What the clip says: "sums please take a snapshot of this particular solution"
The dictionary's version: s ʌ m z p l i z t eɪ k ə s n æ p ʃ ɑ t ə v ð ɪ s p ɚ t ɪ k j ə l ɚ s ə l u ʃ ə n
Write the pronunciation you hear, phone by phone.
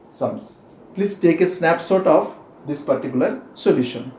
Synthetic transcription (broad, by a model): s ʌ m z p l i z t eɪ k ə s n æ p s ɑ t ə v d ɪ s p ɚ t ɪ k j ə l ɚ s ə l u ʃ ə n